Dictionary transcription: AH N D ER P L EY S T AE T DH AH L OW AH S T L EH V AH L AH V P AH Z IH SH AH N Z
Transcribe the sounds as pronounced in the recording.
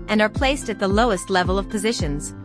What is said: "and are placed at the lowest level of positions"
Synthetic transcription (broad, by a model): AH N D ER P L EY S T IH T DH AH L OW AH S T L EH V AH L AH V P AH Z IH SH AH N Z